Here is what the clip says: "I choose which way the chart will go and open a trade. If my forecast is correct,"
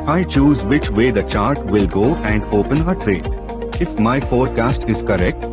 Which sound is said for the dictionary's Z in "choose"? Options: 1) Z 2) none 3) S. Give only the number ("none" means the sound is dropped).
1